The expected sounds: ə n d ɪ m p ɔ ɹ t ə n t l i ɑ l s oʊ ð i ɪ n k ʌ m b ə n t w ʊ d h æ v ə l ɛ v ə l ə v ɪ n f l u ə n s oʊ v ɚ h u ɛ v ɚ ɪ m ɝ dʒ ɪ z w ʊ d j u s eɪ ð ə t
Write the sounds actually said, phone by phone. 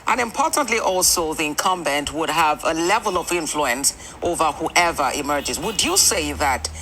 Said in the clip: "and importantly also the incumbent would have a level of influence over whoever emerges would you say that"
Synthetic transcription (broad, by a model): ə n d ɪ m p ɔ ɹ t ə n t l i ɑ l s oʊ ð i ɪ n k ʌ m b ə n t w ʊ d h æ v ə l ɛ v ə l ə v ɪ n f l u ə n s oʊ v ɚ h u ɛ v ɚ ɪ m ɝ dʒ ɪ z w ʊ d j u s eɪ ð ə t